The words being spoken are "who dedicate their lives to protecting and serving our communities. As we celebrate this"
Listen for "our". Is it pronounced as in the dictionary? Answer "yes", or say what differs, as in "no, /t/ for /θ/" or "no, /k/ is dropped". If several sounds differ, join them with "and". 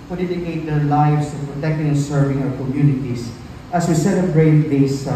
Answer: no, /w/ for /ɹ/